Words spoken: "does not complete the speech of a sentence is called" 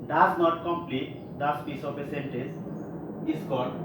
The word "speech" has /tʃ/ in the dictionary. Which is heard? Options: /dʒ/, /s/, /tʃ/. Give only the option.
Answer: /s/